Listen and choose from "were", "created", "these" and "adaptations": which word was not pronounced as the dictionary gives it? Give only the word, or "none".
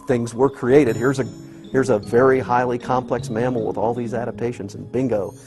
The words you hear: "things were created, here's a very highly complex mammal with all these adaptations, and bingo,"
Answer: none